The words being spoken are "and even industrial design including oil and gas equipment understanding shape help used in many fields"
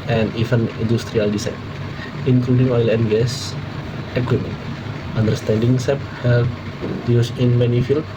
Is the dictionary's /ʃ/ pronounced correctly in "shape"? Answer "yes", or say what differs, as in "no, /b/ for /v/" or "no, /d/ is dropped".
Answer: no, /s/ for /ʃ/